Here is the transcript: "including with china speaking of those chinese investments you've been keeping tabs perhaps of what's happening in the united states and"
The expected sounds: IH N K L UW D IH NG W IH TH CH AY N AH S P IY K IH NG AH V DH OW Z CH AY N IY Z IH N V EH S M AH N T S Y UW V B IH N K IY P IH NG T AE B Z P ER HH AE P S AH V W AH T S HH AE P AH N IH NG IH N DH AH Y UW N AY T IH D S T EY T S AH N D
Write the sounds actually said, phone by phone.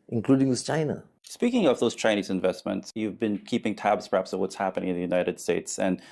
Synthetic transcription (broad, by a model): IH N K L UW D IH NG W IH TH CH AY N AH S P IY K IH NG AH V DH OW Z CH AY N IY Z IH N V EH S M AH N T S Y UW V B IH N K IY P IH NG T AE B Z P ER HH AE P S AH V W AH T S HH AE P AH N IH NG IH N DH AH Y UW N AY T IH D S T EY T S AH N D